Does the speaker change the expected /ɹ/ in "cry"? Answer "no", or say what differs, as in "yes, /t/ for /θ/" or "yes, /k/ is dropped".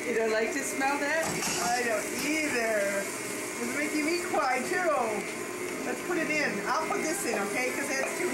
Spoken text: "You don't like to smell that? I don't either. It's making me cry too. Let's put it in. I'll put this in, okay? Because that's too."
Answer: yes, /w/ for /ɹ/